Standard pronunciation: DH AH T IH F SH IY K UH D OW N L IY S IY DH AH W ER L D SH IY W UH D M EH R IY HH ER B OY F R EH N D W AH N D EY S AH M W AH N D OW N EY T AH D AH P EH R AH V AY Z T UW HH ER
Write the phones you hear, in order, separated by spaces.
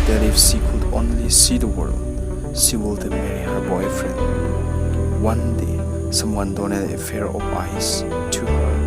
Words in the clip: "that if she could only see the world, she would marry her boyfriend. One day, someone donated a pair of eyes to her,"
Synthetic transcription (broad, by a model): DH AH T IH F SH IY K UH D OW N L IY S IY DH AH W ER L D SH IY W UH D M EH R IY HH ER B OY F R EH N D W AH N D EY S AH M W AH N D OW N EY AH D AH F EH R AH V AY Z T UW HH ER